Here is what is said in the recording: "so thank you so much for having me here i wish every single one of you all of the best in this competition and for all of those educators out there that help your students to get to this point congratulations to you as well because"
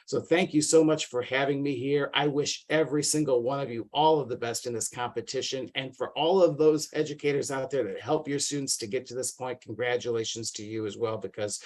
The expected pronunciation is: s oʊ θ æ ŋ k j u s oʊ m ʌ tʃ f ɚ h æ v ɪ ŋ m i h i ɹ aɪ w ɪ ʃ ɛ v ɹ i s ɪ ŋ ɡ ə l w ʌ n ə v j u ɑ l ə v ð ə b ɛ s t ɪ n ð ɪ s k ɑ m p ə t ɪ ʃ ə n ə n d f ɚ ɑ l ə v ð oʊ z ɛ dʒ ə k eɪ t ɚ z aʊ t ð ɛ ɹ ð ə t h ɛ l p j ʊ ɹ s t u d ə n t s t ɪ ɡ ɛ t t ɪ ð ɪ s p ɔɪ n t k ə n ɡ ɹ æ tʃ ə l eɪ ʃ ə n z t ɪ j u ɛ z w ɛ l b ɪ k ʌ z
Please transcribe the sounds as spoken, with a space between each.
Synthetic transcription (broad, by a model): s oʊ θ æ ŋ k j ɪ s oʊ m ʌ tʃ f ɚ h æ v ɪ ŋ m i h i ɹ aɪ w ɪ ʃ ɛ v ɹ i s ɪ ŋ ɡ l w ʌ n ə v j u ɑ l ə v ð ə b ɛ s t ɪ n ð ɪ s k ɑ m p ə t ɪ ʃ ə n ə n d f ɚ ɑ l ə v ð oʊ z ɛ dʒ ə k eɪ t ɚ z aʊ t ð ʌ ɹ ð ə t h ɛ l p j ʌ ɹ s t u d n t s t ɪ ɡ ɛ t t ɪ ð ɪ s p ɔɪ n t k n ɡ ɹ æ tʃ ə l eɪ ʃ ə n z t ɪ j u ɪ z w ɛ l b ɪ k ʌ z